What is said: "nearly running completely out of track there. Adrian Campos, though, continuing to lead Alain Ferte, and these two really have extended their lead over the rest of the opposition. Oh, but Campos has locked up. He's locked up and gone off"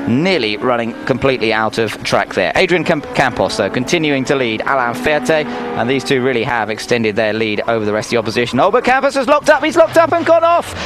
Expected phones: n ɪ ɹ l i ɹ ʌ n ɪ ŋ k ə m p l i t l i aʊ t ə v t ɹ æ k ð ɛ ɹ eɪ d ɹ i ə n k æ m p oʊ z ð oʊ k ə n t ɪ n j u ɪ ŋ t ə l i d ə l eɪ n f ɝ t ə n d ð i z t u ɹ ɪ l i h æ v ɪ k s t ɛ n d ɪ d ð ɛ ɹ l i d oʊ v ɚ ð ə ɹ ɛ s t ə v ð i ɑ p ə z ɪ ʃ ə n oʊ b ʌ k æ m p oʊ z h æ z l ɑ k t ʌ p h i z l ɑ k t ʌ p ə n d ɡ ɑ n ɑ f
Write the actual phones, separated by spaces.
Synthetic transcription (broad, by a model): n ɪ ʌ l i ɹ ʌ n ɪ ŋ k ə m p l i t l i aʊ t ə v t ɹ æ k ð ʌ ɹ eɪ d ɹ i ə n k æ m p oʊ s ð oʊ k ə n t ɪ n j u ɪ ŋ t ə l i d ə l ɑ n f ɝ t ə n ð i z t u ɹ ɪ l i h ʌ v ɪ k s t ɛ n d ɪ d ð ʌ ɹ l i d oʊ v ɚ ð ə ɹ ɛ s t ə ð i ɑ p ə z ɪ ʃ ə n oʊ b ʌ k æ m p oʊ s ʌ z l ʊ k t ʌ p h i z l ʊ k t ʌ p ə n ɡ ɑ n ɑ f